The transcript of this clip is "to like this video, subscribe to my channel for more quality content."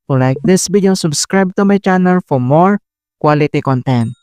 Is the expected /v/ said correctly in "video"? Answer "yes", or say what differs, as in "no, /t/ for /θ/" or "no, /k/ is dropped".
no, /b/ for /v/